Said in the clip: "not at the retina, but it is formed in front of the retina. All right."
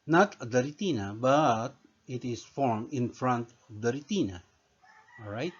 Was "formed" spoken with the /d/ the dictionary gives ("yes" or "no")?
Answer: no